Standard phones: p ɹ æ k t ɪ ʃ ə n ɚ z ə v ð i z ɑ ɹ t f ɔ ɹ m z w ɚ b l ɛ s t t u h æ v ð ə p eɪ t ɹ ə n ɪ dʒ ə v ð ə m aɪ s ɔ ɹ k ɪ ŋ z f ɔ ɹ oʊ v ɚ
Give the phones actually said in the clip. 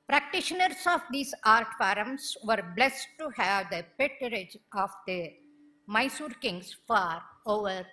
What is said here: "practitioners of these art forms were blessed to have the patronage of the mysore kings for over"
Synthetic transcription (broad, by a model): p ɹ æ k t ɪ ʃ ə n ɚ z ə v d i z ɑ ɹ t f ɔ ɹ m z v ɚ b l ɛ s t t u h æ v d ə p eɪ t ə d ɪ dʒ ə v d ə m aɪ s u ɹ k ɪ ŋ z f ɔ ɹ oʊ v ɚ